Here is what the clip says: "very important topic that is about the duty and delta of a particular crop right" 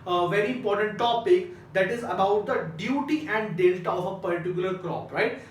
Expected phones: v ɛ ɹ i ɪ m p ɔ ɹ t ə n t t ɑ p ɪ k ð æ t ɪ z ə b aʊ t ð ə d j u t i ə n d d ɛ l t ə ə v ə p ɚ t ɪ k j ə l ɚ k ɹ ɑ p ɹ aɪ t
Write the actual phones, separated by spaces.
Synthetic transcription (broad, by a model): v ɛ ɹ i ɪ m p ɔ ɹ t ə n t t ɑ p ɪ k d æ t ɪ z ə b aʊ t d ə d j u t i ə n d d ɛ l t ə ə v ə p ɚ t ɪ k j ə l ɚ k ɹ ɑ p ɹ aɪ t